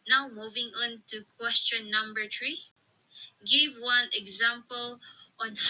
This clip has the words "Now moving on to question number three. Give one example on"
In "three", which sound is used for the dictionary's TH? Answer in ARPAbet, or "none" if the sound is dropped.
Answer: T